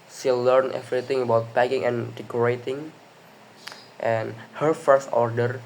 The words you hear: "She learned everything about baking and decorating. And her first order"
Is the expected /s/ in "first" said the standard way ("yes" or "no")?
yes